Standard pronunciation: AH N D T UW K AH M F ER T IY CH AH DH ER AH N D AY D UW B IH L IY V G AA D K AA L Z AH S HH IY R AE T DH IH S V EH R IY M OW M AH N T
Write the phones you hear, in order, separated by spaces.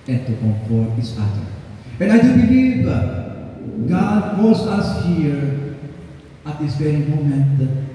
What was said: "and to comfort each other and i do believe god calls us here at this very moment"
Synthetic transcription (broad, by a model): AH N T UW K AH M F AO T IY S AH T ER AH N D AY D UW B IH L IY V G AA D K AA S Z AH S HH IY R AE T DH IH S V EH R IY M OW M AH N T